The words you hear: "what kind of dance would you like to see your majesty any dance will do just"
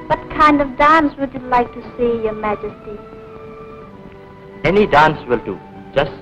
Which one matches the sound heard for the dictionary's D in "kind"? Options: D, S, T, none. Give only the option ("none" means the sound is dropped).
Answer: D